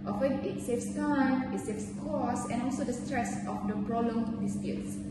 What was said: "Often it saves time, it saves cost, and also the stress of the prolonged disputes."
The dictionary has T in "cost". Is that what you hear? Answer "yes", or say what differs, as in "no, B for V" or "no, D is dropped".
no, T is dropped